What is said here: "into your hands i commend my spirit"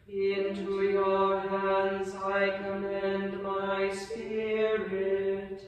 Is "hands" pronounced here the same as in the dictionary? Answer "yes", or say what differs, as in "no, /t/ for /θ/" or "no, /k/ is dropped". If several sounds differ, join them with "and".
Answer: yes